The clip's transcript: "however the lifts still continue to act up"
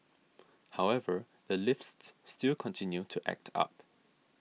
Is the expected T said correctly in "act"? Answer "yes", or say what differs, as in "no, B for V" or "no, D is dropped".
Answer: yes